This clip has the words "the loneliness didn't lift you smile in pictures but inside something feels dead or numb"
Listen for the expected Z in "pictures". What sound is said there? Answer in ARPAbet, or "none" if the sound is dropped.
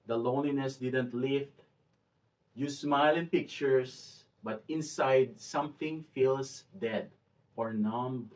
S